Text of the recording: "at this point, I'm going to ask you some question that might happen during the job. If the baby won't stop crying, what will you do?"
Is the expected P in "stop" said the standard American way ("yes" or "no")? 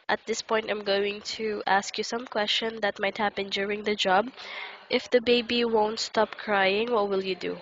yes